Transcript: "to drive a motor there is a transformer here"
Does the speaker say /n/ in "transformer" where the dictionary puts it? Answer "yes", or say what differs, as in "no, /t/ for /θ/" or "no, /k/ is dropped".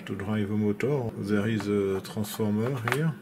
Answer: no, /n/ is dropped